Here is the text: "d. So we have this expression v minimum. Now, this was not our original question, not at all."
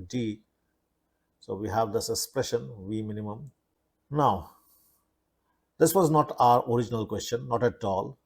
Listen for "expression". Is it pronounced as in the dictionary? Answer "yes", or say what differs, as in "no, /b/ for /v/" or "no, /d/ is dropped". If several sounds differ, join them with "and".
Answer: yes